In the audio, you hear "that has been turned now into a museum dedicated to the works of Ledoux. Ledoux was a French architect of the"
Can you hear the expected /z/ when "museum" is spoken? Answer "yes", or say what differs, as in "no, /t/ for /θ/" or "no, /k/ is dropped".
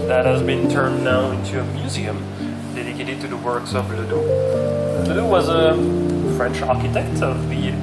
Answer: yes